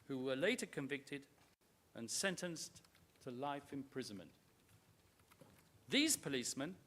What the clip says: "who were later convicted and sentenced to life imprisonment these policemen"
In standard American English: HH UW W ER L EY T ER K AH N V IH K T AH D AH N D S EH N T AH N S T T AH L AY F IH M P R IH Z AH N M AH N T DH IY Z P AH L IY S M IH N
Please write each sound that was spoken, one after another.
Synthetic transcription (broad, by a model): HH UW W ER L EY T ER K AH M V IH K T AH D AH N S EH N T AH N S T T AH L AY F IH M P R IH Z AH N M AH N T DH IY Z P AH L IY S M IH N